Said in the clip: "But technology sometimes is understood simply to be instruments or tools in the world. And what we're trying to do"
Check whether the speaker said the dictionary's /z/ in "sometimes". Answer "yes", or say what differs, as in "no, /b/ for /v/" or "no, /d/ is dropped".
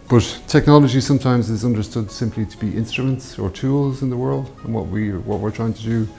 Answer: yes